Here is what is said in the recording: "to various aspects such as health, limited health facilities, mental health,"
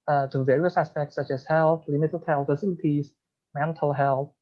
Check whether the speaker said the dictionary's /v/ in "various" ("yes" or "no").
yes